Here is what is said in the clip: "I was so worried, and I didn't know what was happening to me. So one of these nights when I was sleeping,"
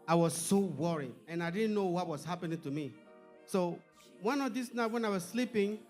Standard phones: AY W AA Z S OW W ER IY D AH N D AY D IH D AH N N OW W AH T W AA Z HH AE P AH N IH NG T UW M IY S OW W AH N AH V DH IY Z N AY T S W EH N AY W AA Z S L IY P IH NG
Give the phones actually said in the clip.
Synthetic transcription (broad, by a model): AY W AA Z S OW W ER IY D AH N AY D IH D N N OW W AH T W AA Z HH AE P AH N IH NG T UW M IY S OW W AH N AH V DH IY S N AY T W EH N AY W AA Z S L IY P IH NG